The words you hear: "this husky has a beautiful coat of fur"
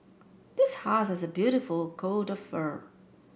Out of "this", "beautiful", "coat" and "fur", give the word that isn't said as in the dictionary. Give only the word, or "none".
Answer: none